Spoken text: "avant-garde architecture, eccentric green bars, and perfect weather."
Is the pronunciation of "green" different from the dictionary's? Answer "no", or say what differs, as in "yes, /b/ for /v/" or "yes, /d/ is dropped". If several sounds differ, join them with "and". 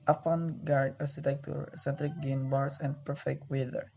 yes, /ɹ/ is dropped